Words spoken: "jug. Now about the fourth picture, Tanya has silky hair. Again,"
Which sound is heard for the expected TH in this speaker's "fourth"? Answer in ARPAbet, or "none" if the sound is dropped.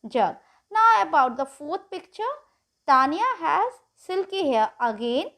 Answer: T